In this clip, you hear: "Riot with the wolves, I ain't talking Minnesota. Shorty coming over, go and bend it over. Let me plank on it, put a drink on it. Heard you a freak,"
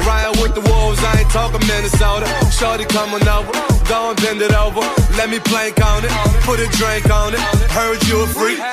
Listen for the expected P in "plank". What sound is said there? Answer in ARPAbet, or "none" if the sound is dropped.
P